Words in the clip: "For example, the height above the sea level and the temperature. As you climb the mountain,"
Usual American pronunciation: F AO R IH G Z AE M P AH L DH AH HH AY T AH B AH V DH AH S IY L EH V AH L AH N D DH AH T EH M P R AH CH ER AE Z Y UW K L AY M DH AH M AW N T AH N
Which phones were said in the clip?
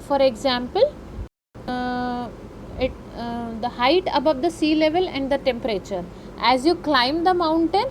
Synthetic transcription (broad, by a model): F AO R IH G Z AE M P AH L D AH HH AY T AH B AH V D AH S IY L EH V AH L AH N D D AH T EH M P R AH CH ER AE Z Y UW K L AY M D AH M AW N T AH N